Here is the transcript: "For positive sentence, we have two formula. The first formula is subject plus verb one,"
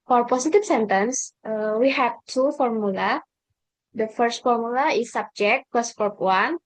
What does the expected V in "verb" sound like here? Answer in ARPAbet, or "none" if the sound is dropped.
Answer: P